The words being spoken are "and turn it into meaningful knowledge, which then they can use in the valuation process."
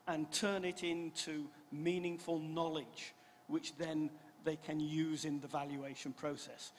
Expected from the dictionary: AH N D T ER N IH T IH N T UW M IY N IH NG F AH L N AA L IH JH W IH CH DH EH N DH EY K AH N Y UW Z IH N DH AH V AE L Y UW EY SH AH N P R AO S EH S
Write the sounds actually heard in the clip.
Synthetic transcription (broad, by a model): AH N T ER N IH T IH N T UW M IY N IH NG F AH L N AA L IH JH W IH CH DH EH N DH EY K AH N Y UW Z IH N DH AH V AE L Y UW EY SH AH N P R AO S EH S